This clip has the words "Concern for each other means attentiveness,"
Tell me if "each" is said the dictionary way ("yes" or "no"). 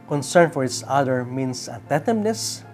no